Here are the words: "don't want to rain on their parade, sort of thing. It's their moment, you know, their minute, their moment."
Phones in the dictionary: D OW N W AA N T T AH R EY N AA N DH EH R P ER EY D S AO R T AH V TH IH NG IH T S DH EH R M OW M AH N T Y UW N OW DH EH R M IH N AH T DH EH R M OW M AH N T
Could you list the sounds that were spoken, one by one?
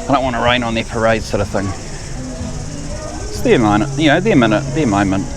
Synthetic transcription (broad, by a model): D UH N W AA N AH R EY N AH N DH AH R P ER EY D S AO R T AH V TH IH NG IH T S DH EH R M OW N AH T Y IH N OW DH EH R M IH N AH T DH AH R M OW M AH N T